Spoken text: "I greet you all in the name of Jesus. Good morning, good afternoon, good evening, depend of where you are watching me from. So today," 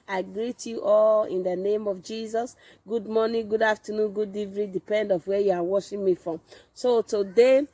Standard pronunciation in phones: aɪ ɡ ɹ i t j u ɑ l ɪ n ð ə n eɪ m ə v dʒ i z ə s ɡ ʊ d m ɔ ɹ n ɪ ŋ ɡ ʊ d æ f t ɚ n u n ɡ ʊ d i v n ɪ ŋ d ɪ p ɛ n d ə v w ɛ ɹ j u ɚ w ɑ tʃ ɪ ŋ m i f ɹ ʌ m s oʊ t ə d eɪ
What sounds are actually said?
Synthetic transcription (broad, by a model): aɪ ɡ ɹ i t j u ɑ l ɪ n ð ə n eɪ m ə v dʒ i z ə s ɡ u d m ɔ n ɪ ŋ ɡ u d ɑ f t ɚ n u n ɡ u d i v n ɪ d ɪ p ɛ n d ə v w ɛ j u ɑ w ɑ ʃ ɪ m i f ɹ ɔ m s oʊ t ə d eɪ